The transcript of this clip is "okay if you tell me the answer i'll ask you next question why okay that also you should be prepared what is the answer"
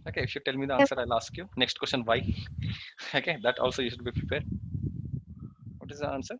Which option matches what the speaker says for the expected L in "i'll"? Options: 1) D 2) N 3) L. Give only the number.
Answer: 3